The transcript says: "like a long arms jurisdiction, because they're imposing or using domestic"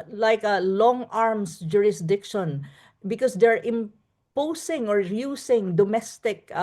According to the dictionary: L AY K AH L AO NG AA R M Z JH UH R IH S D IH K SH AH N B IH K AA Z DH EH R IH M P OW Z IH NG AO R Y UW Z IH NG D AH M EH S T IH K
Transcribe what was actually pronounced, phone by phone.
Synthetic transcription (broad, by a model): L AY K AH L AO NG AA R M S JH UH R IH S D IH K SH AH N B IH K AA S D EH R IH M P OW S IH NG AO R Y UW S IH NG D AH M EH S T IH K